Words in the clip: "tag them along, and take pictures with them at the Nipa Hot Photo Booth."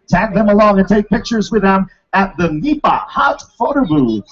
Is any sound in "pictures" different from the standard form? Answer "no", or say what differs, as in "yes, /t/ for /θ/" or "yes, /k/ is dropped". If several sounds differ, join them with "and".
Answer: no